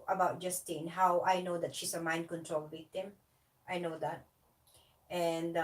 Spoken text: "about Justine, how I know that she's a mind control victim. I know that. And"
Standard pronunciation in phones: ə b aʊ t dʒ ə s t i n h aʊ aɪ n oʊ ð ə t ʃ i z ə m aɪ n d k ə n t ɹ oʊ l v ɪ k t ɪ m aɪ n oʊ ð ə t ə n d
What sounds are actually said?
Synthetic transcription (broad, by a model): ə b aʊ t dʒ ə s t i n h aʊ aɪ n oʊ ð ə t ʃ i s ə m aɪ n d k ə n t ɹ oʊ l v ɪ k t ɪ m aɪ n oʊ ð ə t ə n d